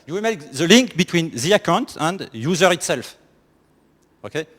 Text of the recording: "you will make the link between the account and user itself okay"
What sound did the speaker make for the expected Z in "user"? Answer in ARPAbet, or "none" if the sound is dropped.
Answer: Z